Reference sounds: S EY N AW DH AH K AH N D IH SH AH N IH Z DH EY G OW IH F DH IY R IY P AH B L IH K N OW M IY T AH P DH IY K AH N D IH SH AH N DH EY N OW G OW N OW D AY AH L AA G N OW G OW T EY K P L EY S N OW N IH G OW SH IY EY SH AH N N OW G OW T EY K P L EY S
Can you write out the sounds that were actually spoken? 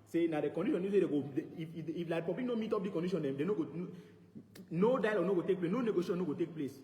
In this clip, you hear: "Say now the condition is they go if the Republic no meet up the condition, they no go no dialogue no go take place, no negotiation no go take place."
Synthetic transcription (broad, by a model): S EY N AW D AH K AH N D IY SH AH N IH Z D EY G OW IH F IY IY L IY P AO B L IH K N OW M IY T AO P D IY K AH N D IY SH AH N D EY N OW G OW N OW D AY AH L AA N OW G OW T EY K P L EY S N OW N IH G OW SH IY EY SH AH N N OW G OW T EY K P L EY S